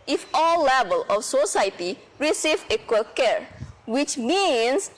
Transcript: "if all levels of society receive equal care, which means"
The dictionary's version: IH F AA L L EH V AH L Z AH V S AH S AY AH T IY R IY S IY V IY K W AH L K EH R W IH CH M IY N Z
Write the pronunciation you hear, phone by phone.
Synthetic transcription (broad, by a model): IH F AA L L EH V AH L AH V S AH S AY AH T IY R IY S IY V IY K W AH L K EH R W IH CH M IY N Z